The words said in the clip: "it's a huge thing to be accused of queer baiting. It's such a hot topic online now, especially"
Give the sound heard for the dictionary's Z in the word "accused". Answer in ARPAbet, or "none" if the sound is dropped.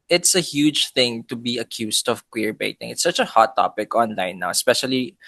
S